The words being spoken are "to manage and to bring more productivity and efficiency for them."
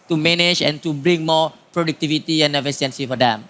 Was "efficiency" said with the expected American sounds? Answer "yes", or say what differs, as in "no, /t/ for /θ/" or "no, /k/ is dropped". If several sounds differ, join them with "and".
no, /s/ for /ʃ/